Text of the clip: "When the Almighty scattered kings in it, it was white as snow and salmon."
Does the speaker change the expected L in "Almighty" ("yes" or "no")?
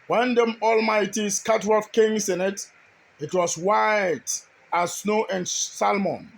no